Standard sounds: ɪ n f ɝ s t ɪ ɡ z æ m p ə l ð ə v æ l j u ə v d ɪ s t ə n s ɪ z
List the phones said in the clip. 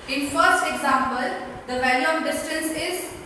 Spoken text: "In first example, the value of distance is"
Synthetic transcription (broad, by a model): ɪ n f ɝ s t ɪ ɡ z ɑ m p ə l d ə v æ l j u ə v d ɪ s t ə n s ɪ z